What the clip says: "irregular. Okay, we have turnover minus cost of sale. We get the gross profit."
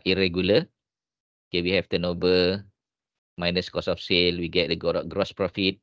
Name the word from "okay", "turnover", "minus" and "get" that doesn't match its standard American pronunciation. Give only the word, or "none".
turnover